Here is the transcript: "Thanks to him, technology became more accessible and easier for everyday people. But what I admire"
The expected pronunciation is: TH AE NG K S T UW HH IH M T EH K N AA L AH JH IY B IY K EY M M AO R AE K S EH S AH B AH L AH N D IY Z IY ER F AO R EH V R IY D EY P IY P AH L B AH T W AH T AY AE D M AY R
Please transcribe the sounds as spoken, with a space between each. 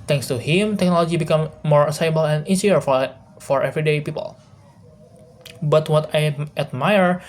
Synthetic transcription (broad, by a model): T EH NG K S T UW HH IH M T EH K N AA L AH JH IY B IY K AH M M AO R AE S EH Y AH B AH L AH N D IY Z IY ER F AO R EH V R IY D EY P IY P AH L B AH T W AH T AY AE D M AY R